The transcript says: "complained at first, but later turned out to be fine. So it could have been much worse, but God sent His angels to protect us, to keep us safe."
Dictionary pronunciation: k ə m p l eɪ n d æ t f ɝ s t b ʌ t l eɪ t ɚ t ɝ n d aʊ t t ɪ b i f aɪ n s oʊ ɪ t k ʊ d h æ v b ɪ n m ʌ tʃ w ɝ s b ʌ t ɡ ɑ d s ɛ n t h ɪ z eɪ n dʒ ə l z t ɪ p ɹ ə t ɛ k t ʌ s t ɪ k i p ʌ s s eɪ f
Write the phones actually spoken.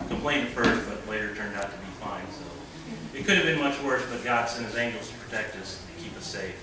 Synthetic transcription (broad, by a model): k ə m p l eɪ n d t f ɝ s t b ʌ t l eɪ t ɚ t ɝ n d aʊ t t ɪ b i f aɪ n s oʊ ɪ t k ʊ d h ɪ v b ɪ n m ʌ tʃ w ɝ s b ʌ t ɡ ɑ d s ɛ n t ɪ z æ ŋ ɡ l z t ɪ p ɹ ə t ɛ k t ʌ s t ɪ k i p ʌ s s eɪ f